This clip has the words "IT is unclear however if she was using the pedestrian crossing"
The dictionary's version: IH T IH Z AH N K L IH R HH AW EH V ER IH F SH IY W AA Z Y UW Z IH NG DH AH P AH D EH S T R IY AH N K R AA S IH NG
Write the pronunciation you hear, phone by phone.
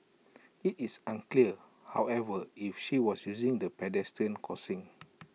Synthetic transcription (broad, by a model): IH T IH S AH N K L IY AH HH AW EH V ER IH F SH IY W AA S Y UW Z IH NG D AH P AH D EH S T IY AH N K AA S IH NG